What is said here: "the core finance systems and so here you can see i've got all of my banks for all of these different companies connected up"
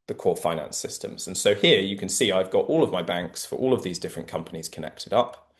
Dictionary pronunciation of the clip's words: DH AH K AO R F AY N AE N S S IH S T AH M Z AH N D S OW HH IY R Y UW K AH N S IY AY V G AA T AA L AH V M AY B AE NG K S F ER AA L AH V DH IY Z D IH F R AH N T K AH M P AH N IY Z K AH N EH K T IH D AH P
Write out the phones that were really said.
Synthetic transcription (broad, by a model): DH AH K AO F AY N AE N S S IH S T AH M Z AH N S OW HH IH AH Y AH K AH N S IY AY V G AA T AA L AH V M AY B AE NG K S F ER AA L AH V DH IY Z D IH F R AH N K AH M P AH N IY Z K AH N EH K T IH D AH P